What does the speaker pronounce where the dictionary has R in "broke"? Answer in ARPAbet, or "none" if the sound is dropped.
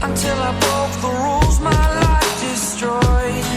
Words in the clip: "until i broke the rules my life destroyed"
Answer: none